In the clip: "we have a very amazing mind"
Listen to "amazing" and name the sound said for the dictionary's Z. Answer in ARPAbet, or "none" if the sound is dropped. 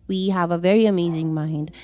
Z